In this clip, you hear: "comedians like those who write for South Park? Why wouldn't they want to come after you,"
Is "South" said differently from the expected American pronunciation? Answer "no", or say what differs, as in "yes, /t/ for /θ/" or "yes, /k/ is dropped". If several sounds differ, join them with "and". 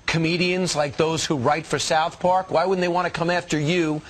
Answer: no